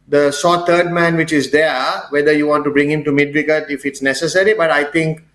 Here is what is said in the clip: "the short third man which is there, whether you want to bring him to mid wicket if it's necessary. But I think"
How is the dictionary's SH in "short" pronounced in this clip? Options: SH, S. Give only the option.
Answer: S